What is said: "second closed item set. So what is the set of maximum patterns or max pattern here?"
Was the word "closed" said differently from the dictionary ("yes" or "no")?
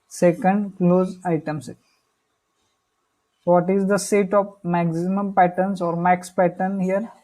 yes